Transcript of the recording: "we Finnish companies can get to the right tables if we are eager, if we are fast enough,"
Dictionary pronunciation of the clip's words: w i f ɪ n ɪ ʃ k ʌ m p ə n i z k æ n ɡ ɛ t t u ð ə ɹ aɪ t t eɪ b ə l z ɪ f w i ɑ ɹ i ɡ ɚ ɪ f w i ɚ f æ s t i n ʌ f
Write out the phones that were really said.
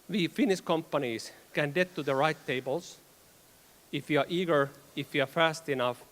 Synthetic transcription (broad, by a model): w i f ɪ n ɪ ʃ k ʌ m p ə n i s k æ n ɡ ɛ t t u ð ə ɹ aɪ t t eɪ b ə l s ɪ f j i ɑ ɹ i ɡ ɚ ɪ f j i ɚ f æ s t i n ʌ f